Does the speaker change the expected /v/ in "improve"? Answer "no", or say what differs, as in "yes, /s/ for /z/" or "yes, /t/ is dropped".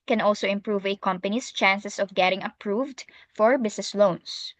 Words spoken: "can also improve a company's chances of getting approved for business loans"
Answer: no